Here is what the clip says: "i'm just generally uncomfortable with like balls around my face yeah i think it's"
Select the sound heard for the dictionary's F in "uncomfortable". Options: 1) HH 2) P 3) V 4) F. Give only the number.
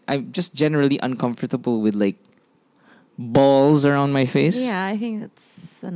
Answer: 4